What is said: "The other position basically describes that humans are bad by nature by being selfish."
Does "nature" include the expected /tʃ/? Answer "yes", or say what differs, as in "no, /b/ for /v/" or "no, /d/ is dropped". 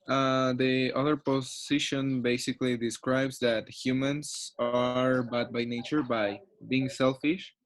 yes